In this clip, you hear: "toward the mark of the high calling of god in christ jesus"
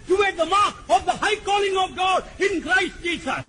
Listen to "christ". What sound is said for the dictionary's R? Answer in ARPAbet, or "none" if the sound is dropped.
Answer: R